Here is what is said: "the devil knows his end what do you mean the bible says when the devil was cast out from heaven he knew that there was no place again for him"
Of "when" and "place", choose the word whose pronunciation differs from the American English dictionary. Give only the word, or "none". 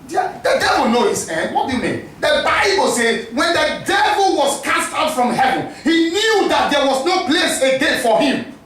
none